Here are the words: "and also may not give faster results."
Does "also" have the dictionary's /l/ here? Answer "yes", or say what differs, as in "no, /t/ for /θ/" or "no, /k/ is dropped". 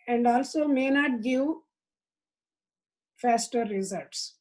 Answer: yes